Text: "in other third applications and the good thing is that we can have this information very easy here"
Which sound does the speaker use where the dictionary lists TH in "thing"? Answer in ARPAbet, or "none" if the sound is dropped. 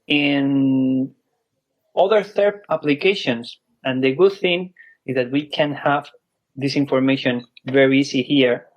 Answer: TH